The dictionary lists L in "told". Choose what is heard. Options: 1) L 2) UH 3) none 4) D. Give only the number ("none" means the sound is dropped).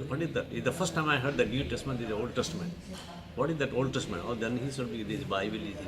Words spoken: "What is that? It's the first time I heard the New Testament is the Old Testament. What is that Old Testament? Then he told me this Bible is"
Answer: 3